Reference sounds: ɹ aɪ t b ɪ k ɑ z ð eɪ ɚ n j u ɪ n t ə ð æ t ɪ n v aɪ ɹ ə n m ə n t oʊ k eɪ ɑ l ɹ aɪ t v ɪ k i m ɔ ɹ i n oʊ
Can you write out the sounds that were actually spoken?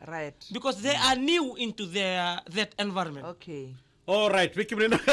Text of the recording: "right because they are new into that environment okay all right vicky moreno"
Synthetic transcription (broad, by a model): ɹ aɪ t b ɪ k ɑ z ð eɪ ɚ n j u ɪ n t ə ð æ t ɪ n v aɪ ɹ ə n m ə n oʊ k eɪ ɑ l ɹ aɪ t w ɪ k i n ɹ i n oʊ